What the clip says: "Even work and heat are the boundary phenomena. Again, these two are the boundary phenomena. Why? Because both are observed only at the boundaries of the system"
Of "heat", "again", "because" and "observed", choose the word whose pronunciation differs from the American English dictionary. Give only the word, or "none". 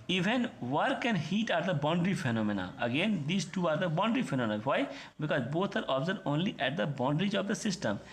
observed